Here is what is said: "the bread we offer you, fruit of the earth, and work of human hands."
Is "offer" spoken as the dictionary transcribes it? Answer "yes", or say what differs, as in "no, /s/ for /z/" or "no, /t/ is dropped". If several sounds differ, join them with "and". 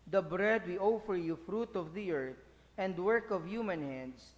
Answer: yes